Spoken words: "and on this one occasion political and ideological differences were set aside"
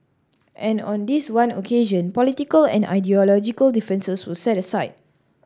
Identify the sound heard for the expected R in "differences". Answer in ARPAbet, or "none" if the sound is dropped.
none